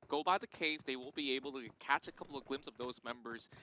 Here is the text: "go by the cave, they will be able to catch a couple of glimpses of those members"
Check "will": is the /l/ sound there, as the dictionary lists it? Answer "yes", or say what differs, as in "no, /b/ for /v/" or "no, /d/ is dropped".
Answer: no, /n/ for /l/